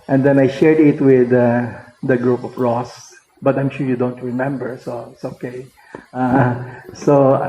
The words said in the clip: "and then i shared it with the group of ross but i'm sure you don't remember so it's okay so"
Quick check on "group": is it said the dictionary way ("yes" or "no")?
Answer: yes